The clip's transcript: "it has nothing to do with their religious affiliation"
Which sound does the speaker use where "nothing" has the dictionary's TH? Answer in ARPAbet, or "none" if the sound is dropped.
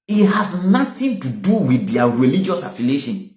T